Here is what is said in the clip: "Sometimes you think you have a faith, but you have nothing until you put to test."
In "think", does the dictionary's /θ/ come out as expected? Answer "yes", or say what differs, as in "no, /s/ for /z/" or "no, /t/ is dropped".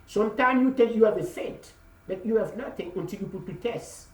no, /t/ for /θ/